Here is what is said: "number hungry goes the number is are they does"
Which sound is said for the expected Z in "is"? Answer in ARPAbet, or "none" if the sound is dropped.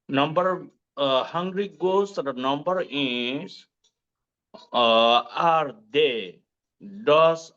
S